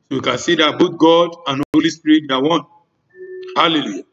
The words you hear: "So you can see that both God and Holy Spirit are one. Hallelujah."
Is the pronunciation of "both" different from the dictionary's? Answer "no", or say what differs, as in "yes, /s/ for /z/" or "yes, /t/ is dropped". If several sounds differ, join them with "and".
yes, /t/ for /θ/